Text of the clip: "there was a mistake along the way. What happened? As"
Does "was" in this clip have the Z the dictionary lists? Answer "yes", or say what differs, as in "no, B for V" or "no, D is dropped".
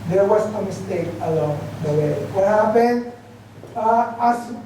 no, S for Z